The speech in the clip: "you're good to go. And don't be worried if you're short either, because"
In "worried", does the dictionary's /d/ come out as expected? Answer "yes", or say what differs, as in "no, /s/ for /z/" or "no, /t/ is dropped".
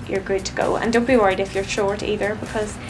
yes